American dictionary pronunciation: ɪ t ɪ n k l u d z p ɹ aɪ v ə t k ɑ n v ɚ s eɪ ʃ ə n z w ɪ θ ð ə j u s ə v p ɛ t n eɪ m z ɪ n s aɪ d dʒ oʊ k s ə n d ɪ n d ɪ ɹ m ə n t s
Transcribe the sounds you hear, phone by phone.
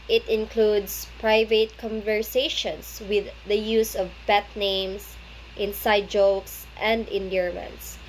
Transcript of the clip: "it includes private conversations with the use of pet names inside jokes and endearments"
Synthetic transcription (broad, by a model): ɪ t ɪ n k l u d s p ɹ aɪ v ə t k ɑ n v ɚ s eɪ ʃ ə n s w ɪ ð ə j u s ə v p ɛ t n eɪ m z ɪ n s aɪ d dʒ oʊ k s ə n d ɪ n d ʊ ɹ m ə n t s